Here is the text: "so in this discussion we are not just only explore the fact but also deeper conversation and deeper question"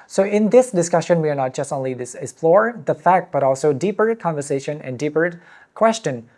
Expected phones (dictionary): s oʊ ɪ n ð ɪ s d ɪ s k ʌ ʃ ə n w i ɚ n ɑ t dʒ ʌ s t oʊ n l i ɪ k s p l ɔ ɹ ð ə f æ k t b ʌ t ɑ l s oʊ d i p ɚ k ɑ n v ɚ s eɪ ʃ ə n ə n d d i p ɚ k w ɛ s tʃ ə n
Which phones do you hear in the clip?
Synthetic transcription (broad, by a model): s oʊ ɪ n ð ɪ s d ɪ s k ʌ ʃ ə n w i ɚ n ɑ t dʒ ʌ s t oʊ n l i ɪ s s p l ɔ ɹ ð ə f æ k t b ʌ t ɑ l s oʊ d i p ɚ k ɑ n v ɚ s eɪ ʃ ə n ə n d d i p ɚ k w ɛ s tʃ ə n